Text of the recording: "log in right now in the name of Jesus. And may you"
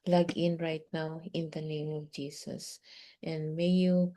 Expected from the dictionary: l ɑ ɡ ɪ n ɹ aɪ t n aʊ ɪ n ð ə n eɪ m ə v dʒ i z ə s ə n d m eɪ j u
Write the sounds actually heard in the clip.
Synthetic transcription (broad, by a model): l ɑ ɡ ɪ n ɹ aɪ t n aʊ ɪ n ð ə n eɪ m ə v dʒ i s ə s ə n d m eɪ j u